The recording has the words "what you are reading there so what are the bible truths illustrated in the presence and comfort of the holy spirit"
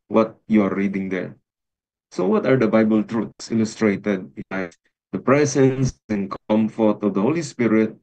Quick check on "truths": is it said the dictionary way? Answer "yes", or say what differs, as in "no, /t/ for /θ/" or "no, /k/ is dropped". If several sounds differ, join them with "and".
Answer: no, /t/ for /θ/